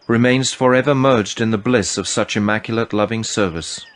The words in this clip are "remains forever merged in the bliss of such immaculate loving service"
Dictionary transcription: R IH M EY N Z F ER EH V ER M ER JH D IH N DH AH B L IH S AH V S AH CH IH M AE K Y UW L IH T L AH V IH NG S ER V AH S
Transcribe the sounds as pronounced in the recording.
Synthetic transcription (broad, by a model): R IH M EY N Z F ER EH V ER M ER JH D IH N DH AH B L IH S AH V S AH CH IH M AE K Y L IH T L AH V IH NG S ER V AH S